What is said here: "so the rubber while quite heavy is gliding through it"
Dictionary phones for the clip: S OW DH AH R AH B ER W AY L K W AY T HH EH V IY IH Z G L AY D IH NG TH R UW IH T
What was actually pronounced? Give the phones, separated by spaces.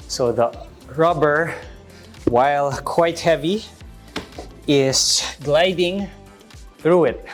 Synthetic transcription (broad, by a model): S OW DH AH R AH B ER W AY L K W AY T HH EH V IY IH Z G L AY D IH NG TH R UW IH T